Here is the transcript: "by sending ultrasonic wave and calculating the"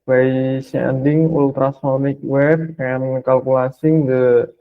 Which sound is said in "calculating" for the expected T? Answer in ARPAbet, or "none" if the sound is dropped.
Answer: S